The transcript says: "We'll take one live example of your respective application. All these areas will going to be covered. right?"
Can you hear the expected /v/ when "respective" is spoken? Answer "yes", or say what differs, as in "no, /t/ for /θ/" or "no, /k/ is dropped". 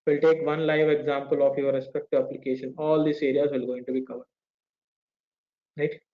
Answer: yes